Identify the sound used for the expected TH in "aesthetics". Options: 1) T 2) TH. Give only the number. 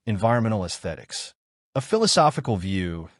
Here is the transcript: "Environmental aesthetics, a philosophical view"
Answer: 2